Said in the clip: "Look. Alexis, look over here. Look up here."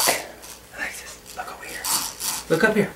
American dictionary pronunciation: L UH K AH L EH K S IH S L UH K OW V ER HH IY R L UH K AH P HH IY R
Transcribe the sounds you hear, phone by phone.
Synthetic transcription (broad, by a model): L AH IH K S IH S L UH K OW W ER HH IY R L UH K AH P HH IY R